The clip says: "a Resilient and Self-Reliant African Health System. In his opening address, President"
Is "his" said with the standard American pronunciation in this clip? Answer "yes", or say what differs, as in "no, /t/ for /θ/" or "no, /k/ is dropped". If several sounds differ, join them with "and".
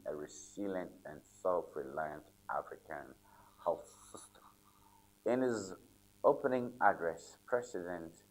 yes